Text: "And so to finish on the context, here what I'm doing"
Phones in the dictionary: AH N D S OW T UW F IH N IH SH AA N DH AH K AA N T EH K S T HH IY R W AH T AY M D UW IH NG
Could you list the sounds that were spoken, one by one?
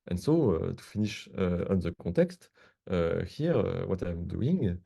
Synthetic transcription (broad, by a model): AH N S OW T UW F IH N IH SH AA N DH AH K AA T EH K S T HH IY R W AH T AY M D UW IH NG